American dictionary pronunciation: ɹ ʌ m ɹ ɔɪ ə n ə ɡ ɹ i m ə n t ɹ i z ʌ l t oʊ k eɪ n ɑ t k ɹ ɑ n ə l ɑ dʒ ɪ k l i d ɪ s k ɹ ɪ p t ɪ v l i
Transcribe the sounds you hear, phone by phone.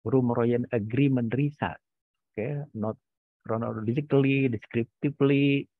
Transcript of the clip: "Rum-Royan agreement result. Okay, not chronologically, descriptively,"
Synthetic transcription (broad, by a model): ɹ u m ɹ ɔɪ ə n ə ɡ ɹ i m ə n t ɹ i s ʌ t oʊ k eɪ n ɑ t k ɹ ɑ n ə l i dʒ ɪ k l i d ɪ s k ɹ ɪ p t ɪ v l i